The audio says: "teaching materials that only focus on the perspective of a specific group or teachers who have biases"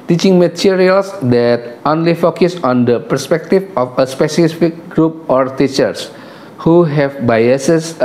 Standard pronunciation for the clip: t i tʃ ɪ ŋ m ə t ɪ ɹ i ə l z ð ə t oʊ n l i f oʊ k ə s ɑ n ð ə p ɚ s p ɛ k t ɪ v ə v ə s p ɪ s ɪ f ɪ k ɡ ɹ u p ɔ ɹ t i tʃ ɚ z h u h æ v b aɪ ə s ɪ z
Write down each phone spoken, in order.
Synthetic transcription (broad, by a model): t i tʃ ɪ ŋ m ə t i ɹ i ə l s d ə t oʊ n l i f oʊ k ə s ɑ n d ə p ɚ s p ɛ k t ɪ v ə f ə s p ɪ s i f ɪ k ɡ ɹ u p ɔ ɹ t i tʃ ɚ s h u h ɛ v b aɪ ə s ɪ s